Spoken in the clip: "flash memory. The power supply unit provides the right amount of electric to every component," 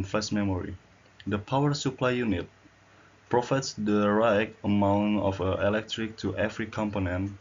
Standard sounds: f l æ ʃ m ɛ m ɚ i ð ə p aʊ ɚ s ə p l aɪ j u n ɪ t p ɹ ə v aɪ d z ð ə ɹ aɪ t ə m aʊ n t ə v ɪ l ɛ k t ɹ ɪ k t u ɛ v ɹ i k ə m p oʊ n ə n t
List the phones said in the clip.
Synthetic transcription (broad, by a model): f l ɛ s m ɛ m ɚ i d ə p aʊ ɚ s ə p l aɪ j u n ɪ t p ɹ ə f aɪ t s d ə ɹ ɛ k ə m aʊ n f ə ɪ l ɛ k t ɹ ɪ k t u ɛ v ɹ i k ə m p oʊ n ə n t